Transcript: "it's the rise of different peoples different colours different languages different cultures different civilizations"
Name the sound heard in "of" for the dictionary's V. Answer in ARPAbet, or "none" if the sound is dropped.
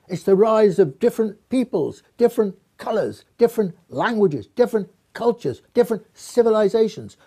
V